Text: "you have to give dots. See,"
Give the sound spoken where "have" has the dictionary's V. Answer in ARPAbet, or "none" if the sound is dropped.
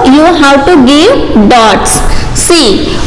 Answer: W